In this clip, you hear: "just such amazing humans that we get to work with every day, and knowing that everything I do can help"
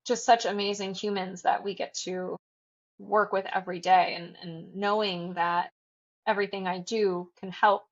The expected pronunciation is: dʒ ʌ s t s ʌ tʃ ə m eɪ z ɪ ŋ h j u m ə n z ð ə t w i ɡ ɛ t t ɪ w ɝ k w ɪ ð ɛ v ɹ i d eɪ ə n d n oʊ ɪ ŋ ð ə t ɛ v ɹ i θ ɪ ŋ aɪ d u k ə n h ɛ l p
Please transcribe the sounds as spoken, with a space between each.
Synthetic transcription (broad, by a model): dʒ ʌ s t s ʌ tʃ ə m eɪ z ɪ ŋ h j u m ə n z ð ə t w i ɡ ɛ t t ɪ w ɝ k w ɪ ð ɛ v ɹ i d eɪ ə n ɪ n oʊ ɪ ŋ ð ə t ɛ v ɹ i θ ɪ ŋ aɪ d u k ə n h ɛ l p